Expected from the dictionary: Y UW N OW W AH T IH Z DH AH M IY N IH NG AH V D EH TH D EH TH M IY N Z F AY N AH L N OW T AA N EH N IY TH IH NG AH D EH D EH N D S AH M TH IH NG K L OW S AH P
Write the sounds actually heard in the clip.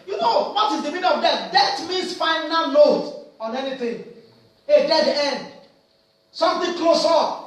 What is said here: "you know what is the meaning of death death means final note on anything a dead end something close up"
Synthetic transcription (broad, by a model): Y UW N OW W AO T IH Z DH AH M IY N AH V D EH T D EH T M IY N S F AY N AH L OW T AA N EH N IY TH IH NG AH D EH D EH N D S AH M T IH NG K L OW S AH